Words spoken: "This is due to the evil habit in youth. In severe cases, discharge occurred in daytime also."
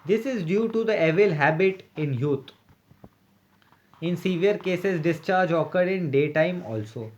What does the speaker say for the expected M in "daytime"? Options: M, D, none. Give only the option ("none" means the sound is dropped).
M